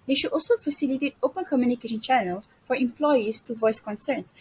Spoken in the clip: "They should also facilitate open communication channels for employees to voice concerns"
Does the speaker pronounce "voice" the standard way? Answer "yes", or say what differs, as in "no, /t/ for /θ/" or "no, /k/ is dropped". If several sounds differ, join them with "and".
yes